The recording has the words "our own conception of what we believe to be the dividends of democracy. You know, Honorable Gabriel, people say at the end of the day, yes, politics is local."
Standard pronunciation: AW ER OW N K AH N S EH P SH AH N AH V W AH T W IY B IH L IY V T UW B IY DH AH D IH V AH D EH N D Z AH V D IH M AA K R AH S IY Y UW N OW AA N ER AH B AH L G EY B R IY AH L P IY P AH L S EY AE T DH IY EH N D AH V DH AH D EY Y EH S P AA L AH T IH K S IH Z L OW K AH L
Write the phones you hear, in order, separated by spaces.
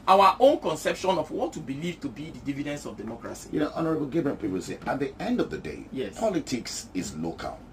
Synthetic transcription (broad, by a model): AW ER OW N K AH N S EH P SH AH N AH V W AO T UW B IH L IY V T UW B IY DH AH D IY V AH D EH N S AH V D IH M AA K R AH S IY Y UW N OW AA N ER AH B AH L G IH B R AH N P IY P AH L S EY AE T DH IY EH N D AH V DH AH D EY Y EH S P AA L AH T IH K S IH Z L OW K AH L